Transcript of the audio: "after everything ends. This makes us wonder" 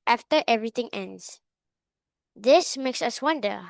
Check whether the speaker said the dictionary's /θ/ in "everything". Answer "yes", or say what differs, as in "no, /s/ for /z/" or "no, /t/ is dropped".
no, /t/ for /θ/